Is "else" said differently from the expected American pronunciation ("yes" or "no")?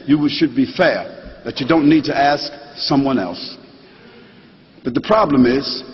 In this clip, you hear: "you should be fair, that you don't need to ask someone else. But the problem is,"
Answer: no